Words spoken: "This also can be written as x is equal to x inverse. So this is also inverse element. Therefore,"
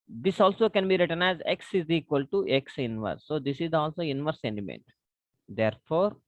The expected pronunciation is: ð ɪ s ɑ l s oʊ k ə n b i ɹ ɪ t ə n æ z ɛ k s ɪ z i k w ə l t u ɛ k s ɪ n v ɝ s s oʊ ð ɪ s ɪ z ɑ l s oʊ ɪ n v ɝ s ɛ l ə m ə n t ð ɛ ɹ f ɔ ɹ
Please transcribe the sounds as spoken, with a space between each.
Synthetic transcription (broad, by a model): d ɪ s ɑ l s oʊ k ə n b i ɹ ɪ t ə n æ z ɛ k s ɪ z i k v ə l t u ɛ k s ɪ n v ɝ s s oʊ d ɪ s ɪ z ɑ l s oʊ ɪ n v ɝ s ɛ n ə m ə n t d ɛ ɹ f ɔ ɹ